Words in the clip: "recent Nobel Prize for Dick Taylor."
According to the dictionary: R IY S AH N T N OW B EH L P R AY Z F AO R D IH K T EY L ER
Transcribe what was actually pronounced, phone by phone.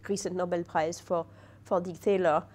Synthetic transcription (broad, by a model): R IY S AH N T N OW B EH L P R AY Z F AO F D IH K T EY L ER